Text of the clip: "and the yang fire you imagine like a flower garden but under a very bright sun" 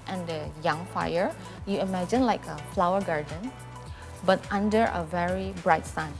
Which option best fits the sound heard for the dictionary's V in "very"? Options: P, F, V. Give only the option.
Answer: V